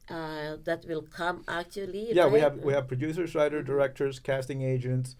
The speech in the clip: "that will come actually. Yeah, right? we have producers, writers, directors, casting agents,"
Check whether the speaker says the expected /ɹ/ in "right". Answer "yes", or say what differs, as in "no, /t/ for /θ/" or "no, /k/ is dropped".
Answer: no, /w/ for /ɹ/